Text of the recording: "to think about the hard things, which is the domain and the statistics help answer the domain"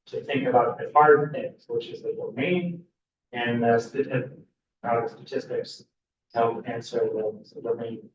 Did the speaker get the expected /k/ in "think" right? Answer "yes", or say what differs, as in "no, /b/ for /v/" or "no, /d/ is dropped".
yes